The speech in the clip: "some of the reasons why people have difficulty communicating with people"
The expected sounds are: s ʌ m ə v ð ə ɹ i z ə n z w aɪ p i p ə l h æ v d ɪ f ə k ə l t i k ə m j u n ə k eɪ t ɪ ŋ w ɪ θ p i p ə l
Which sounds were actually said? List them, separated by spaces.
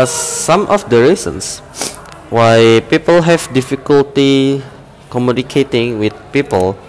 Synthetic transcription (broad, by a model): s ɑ m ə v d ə ɹ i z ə n s w aɪ p i p ə l h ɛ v d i f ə k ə l t i k ə m j u n ə k eɪ t ɪ ŋ w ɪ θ p i p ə l